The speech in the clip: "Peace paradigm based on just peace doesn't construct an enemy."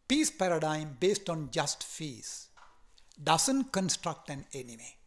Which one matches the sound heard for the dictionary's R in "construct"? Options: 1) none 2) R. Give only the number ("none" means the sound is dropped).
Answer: 2